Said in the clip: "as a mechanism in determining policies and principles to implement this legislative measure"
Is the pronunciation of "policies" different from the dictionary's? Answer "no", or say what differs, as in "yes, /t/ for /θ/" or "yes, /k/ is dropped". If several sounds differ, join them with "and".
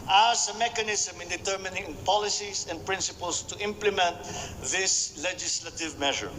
yes, /s/ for /z/